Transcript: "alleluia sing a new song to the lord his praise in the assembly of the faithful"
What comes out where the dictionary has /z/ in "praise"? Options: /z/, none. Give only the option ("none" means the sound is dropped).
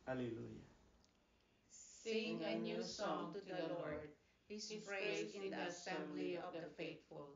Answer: none